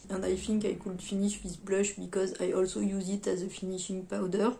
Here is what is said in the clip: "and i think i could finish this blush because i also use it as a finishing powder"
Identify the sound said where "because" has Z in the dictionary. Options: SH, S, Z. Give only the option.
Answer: Z